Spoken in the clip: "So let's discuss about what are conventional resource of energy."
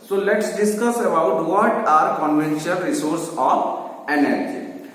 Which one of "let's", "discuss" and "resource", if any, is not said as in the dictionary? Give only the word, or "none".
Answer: none